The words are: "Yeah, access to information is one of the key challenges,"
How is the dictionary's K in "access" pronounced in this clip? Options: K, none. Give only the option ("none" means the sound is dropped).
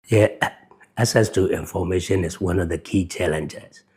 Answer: none